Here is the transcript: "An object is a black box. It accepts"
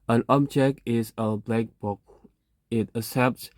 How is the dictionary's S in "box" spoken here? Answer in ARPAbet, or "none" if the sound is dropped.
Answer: none